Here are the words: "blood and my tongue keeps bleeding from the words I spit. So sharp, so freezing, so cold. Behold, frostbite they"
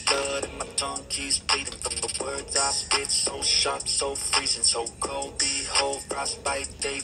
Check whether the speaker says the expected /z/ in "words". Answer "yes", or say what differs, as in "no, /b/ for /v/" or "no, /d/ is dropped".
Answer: yes